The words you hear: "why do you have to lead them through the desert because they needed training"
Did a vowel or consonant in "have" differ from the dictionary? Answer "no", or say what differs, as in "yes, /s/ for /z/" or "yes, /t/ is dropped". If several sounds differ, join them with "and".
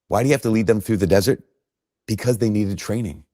yes, /f/ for /v/